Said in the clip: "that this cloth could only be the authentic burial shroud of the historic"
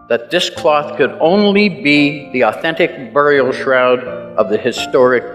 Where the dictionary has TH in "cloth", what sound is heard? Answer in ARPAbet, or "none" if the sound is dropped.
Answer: TH